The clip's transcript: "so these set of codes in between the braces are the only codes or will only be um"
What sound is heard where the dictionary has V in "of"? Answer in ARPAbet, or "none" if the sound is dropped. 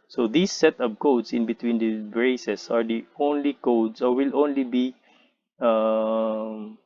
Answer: P